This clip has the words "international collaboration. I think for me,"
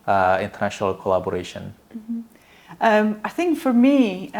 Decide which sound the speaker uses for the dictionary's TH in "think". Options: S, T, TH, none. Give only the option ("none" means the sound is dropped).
TH